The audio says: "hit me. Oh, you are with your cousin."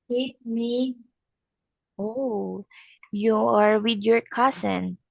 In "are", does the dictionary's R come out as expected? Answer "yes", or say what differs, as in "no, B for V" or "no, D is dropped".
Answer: yes